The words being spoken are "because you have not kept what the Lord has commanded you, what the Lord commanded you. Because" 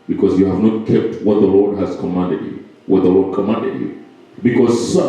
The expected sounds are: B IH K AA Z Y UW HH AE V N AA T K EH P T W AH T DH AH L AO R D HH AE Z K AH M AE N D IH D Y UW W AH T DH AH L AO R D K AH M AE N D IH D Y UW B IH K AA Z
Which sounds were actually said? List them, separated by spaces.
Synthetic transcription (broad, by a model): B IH K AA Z Y UW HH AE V N AA T K EH P T W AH T DH AH L AO R D HH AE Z K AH M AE N D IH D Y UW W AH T DH AH L AO R D K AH M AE N D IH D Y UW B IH K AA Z